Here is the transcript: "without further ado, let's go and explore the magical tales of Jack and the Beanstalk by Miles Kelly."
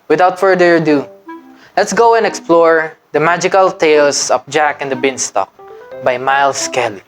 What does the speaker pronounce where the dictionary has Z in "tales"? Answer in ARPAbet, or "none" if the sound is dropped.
S